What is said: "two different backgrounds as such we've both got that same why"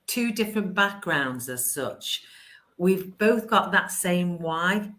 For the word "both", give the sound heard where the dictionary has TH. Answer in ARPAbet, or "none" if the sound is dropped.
TH